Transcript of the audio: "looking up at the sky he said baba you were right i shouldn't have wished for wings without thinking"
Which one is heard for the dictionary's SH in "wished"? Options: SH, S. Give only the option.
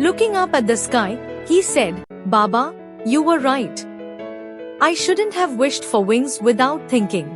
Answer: SH